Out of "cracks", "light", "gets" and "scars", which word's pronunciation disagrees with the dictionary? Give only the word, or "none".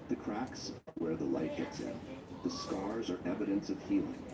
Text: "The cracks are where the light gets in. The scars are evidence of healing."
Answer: none